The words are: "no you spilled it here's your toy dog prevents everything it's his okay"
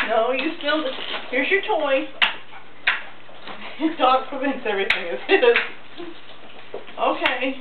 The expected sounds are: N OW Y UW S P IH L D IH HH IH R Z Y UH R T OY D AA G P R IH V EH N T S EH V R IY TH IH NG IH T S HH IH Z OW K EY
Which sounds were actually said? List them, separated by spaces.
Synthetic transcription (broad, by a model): N OW Y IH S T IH L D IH HH IH R Z Y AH R T OY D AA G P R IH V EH N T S EH V R IY TH IH NG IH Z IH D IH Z OW K EY